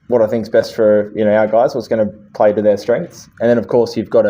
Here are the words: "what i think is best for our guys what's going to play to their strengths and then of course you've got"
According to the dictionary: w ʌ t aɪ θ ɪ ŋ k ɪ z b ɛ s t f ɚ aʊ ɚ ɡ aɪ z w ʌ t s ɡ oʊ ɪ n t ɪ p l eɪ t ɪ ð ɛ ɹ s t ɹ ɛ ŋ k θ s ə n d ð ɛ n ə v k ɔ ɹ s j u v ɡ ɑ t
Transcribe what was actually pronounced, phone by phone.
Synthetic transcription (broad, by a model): w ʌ t aɪ θ ɪ ŋ k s b ɛ s t f ɚ aʊ ɚ ɡ aɪ z w ʌ t s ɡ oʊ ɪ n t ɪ p l eɪ t ɪ ð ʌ ɹ s t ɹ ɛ ŋ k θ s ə n ð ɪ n ə v k ɔ ɹ s j u v ɡ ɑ t